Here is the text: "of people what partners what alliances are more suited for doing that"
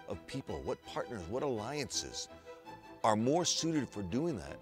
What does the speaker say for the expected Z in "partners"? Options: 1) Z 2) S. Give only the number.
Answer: 1